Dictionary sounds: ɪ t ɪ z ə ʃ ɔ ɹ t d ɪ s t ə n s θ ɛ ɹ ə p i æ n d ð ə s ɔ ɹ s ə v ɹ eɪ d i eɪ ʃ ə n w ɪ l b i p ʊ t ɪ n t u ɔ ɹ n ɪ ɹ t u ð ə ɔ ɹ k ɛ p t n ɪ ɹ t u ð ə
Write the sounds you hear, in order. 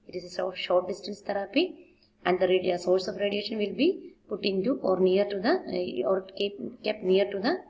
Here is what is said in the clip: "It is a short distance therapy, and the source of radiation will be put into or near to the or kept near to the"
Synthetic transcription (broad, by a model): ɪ t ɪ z ə s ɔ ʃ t d ɪ s t ə n s t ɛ ɹ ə p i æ n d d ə s ɔ ɹ s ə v ɹ eɪ d i eɪ ʃ ə n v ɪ l b i p ʊ t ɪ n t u ɔ ɹ n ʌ ɹ t u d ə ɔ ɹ k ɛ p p n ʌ ɹ t u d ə